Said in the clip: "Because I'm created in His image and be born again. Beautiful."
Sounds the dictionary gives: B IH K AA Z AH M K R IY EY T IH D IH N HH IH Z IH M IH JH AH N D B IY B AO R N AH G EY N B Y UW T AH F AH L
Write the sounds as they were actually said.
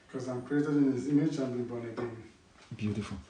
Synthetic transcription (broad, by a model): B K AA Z AH M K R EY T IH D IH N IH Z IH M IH CH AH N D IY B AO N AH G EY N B Y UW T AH F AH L